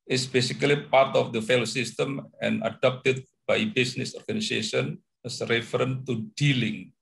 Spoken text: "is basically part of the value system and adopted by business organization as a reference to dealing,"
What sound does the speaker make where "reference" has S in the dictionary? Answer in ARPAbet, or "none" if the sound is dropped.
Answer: none